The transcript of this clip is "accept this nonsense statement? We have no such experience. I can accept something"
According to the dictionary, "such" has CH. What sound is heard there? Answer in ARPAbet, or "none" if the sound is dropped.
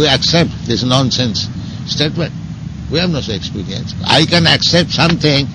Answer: none